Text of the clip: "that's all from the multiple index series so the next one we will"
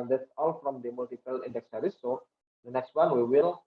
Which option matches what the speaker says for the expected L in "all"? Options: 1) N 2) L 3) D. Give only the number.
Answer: 2